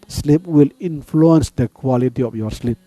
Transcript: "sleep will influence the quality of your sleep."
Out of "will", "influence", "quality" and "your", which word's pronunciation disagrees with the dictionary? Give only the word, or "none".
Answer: none